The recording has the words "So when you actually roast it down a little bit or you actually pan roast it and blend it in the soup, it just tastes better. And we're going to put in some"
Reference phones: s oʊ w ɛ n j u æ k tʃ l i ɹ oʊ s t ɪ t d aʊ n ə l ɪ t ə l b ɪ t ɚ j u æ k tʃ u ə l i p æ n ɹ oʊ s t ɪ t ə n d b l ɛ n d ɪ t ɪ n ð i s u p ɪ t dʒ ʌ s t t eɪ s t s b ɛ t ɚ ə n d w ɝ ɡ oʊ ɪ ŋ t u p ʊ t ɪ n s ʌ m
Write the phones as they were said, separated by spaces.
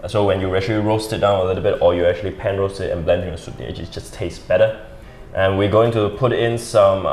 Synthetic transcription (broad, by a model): s oʊ w ɛ n j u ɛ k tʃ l i ɹ oʊ s t ɪ t d aʊ n ə l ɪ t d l b ɪ t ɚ j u æ k tʃ u ə l i p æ n ɹ oʊ s t ɪ t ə n b l ɛ n d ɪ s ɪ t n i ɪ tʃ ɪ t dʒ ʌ s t t eɪ s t b ɛ t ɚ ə n w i ɡ oʊ ɪ ŋ t u p ʊ t ɪ n s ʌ m